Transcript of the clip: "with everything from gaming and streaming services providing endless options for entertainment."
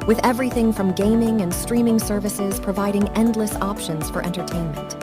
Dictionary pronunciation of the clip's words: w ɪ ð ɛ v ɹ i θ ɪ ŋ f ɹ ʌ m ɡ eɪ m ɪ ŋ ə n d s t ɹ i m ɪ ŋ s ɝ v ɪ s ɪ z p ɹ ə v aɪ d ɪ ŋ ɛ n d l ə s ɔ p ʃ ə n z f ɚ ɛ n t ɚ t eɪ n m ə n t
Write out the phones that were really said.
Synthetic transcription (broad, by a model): w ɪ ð ɛ v ɹ i θ ɪ ŋ f ɹ ʌ m ɡ eɪ m ɪ ŋ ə n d s t ɹ i m ɪ ŋ s ɝ v ɪ s ɪ z p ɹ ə v aɪ d ɪ ŋ ɛ n d l ə s ɔ p ʃ ə n z f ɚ ɛ n t ɚ t eɪ n m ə n t